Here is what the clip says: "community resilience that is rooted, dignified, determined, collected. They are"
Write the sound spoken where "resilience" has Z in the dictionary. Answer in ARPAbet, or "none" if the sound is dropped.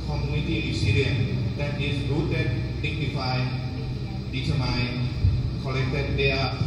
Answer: S